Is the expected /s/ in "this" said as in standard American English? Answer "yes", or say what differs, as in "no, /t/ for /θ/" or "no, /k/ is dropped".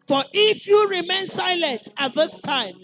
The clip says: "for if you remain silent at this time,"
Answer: yes